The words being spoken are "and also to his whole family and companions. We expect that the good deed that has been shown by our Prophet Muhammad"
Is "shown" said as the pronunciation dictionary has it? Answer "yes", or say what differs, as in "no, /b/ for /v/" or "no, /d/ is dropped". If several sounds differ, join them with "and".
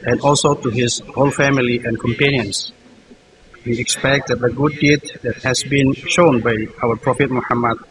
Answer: yes